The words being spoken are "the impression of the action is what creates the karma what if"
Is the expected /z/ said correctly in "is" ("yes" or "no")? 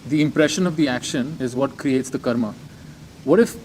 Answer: yes